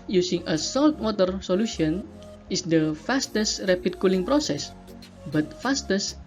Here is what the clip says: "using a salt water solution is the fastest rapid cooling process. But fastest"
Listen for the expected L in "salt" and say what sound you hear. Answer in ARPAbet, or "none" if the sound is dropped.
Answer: L